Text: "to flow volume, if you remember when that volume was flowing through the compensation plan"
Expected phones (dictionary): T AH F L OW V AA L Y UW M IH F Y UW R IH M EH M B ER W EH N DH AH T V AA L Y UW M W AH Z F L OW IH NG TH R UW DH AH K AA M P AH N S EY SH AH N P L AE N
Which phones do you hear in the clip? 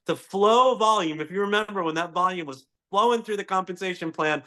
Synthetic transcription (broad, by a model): T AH F L OW V AA L Y UW M IH F Y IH R IH M EH M B ER W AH N DH AH T V AA L Y UW M W AH Z F L OW IH NG TH R UW DH AH K AA M P AH N S EY SH AH N P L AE N